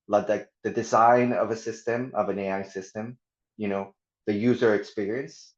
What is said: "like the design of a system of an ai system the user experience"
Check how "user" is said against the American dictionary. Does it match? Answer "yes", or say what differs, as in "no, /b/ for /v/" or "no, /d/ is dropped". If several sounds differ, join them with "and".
yes